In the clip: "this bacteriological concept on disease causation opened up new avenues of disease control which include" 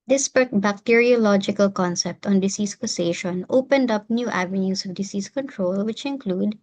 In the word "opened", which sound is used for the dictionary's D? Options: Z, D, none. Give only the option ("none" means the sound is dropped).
D